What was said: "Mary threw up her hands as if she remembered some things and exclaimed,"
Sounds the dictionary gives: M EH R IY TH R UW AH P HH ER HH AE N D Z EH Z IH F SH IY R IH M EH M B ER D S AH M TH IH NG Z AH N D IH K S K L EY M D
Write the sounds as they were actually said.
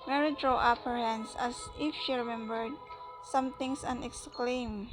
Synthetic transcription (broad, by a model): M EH R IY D R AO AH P HH ER HH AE N D S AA S IH F SH IY R IH M EH M B ER D S AH M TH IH NG S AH N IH K S K L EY M